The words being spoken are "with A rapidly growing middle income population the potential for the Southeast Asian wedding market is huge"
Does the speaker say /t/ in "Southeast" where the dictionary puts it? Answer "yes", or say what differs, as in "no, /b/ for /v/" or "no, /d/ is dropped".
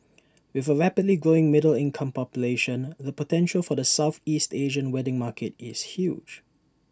yes